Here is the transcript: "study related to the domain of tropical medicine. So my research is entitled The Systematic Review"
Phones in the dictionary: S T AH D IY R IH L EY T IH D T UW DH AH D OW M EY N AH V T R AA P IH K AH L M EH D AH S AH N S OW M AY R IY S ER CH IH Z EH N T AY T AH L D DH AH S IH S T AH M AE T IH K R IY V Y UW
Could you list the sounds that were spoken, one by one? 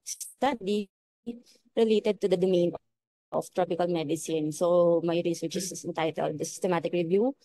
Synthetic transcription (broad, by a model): S T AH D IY R IH L EY T IH D T UW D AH D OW M EY N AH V T R AA P IH K AH L M EH D AH S AH N S OW M AY R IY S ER S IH S EH N T AY T AH L D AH S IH S T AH M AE T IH K R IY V Y UW